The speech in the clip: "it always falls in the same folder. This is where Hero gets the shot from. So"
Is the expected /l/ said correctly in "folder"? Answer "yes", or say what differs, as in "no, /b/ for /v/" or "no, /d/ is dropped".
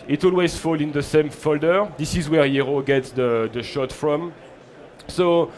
yes